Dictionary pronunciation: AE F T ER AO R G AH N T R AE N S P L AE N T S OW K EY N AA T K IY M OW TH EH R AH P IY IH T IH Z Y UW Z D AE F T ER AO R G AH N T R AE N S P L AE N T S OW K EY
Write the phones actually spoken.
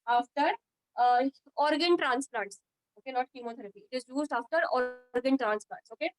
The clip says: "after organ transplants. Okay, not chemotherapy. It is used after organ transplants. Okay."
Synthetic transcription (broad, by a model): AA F T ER AO R G AH N T R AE N S P L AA N T S OW K EY N AA T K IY M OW T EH R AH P IY IH T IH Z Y UW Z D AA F T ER AO R G AH N T R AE N S P L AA N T S OW K EY